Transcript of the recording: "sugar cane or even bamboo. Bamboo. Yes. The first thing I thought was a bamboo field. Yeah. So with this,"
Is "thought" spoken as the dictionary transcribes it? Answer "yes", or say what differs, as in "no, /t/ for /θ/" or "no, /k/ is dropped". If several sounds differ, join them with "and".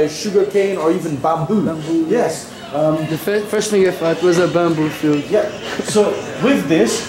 no, /f/ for /θ/